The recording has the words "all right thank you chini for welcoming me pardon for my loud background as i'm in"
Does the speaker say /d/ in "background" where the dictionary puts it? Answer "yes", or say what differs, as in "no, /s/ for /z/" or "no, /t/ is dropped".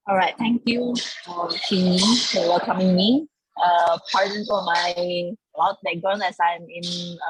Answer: no, /d/ is dropped